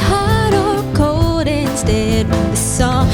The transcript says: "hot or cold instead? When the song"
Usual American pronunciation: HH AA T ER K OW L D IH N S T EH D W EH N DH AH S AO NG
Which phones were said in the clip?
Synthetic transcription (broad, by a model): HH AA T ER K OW D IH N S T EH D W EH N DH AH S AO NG